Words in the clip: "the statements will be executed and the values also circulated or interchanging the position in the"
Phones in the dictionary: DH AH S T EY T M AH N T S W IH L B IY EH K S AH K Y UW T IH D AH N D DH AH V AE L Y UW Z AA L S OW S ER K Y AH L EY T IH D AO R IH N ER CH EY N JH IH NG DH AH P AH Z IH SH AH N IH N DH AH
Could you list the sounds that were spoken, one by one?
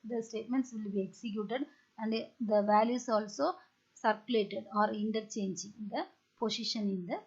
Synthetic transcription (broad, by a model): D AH S T EY T M AH N T S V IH L B IY EH K S AH K Y UW T IH D AH N D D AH V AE L Y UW S AA L S OW S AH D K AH L EY T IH D AO R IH N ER CH EY N JH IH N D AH P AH S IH SH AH N IH N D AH